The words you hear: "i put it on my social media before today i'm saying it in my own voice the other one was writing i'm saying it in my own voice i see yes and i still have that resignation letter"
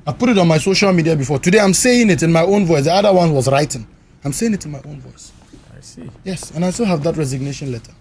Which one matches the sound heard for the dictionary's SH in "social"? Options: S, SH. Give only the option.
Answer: SH